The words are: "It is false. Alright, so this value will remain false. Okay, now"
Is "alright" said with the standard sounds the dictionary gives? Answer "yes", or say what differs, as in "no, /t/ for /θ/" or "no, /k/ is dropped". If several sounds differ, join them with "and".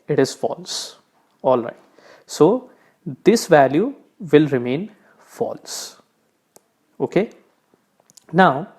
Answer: yes